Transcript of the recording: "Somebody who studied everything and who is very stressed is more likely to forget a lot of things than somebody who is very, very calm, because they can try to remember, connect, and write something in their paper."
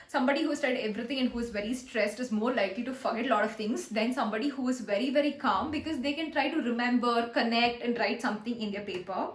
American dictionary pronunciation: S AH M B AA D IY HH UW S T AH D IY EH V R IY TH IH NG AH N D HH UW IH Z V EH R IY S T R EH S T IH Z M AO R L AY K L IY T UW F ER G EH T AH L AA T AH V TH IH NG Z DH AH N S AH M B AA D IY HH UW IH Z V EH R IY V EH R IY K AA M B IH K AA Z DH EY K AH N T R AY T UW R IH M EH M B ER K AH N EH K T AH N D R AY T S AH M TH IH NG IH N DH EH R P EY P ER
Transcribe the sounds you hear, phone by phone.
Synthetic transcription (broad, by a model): S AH M B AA D IY HH UW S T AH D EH V R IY T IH NG AH N D HH UW IH Z V EH R IY S T R EH S T IH Z M AO R L AY K L IY T UW F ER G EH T L AA T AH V T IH NG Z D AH N S AH M B AA D IY HH UW IH Z V EH R IY V EH R IY K AA M B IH K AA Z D EY K AH N T R AY T UW R IH M EH M B ER K AH N EH K T AH N D R AY T S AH M T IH NG IH N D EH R P EY P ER